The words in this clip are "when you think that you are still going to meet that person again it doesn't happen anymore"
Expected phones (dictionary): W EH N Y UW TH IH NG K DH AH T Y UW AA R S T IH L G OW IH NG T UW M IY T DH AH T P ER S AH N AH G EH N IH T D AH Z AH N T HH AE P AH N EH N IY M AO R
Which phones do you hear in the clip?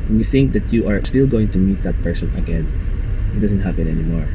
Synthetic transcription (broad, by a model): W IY TH IH NG K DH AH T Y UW AA R S T IH L G OW IH NG T UW M IY T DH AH T P ER S AH N AH G EH N IH T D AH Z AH N T HH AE P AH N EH N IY M AO R